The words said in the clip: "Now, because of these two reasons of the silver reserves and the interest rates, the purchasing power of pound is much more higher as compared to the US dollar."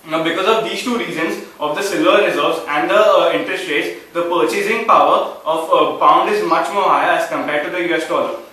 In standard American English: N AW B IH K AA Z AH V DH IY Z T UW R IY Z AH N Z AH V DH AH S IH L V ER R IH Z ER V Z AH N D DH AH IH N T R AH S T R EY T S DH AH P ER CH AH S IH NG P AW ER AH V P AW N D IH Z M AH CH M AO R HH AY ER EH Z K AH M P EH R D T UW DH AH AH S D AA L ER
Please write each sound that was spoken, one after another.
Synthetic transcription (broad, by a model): B IH K AA Z AH V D IY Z T UW R IY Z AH N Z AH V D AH S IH L ER R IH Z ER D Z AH N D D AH IH N T R AH S T R EY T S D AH P ER CH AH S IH NG P AW ER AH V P AW N D IH Z M AH CH M AO R HH AY ER EH Z K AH M P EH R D T UW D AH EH S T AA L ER